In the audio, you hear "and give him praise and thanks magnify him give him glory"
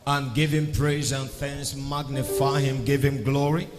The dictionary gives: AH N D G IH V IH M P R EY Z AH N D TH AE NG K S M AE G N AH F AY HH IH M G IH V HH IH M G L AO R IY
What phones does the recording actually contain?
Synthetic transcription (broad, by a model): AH N G IH V IH M P R EY Z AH N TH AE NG S M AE G N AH F AY HH IH M G IH V HH IH M G L AO R IY